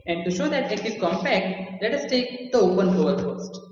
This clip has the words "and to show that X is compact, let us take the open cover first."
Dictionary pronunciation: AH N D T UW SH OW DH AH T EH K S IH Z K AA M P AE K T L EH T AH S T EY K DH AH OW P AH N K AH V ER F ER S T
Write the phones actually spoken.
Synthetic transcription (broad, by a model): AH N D T UW SH OW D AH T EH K IH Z K AA M P AE K T L EH T AH S T EY K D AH OW P AH N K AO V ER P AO S T